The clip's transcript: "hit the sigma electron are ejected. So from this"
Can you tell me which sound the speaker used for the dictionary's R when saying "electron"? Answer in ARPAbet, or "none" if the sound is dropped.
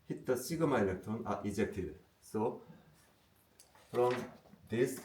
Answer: none